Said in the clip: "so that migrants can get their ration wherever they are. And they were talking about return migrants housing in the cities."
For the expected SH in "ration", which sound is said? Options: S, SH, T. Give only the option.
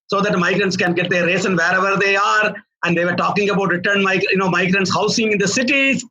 S